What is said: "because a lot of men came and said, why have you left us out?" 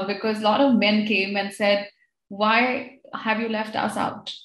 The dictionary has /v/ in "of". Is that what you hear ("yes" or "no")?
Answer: yes